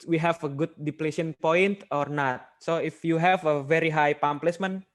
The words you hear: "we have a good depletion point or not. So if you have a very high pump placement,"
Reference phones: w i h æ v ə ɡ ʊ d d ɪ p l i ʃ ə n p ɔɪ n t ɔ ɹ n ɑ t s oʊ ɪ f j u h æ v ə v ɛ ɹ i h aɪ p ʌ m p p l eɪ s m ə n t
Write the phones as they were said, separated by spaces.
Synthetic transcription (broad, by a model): w i h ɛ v ə ɡ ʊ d d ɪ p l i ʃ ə n p ɔɪ n t ɔ ɹ n ɑ t s oʊ ɪ f j u h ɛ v ə v ɛ ɹ i h aɪ p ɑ m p p l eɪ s m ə n